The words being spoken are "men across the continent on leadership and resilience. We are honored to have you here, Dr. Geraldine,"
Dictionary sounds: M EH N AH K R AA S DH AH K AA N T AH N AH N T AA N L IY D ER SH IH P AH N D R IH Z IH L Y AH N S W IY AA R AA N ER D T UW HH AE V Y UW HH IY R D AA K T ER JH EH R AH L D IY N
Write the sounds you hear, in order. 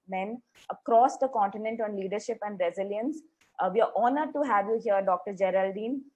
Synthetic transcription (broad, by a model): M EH N AH K R AA S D AH K AA N T AH N AH N T AA N L IY D ER SH IH P AH N D R IH Z IH L Y AH N S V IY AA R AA N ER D T UW HH AE V Y UW HH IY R D AA K T ER JH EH R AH L D IY N